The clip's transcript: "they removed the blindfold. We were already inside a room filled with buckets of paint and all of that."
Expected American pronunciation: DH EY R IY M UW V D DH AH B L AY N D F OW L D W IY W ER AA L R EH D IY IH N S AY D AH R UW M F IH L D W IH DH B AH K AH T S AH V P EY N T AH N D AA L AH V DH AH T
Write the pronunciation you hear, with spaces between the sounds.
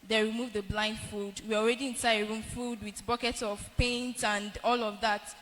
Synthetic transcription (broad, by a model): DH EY R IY M UW V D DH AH B L AY N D F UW D W IY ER AA L R EH D IY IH N S AY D AH R UW M F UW D W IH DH B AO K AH T S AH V P EY N T AH N D AA L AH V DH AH T